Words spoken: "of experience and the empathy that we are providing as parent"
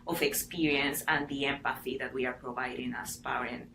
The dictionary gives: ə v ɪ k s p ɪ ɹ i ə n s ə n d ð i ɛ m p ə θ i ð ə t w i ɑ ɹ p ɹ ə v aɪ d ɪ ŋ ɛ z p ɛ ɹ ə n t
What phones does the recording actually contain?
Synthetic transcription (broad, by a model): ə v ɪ k s p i ɹ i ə n s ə n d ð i ɛ m p ə θ i ð ə t w i ɑ ɹ p ɹ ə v aɪ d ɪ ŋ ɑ s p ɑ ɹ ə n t